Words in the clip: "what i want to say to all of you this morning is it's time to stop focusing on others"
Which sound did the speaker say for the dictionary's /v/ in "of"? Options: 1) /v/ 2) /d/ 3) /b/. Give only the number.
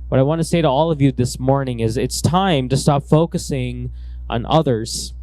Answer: 1